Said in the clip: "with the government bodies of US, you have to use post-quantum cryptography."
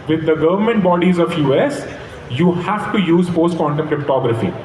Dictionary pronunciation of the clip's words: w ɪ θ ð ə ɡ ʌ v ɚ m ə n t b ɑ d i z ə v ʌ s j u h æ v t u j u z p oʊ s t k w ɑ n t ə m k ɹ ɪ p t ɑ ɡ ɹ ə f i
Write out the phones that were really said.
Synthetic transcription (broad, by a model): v ɪ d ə ɡ ʌ v ɚ m ə n t b ɑ d i z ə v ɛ s j u h æ v t u j u z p oʊ s t k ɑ n t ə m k ɹ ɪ p t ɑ ɡ ɹ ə f i